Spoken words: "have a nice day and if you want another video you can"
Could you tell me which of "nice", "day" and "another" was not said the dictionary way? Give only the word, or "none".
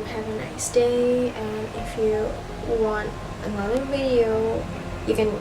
another